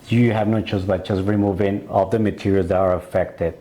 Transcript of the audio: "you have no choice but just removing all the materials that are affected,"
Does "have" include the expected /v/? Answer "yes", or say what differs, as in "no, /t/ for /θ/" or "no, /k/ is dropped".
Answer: yes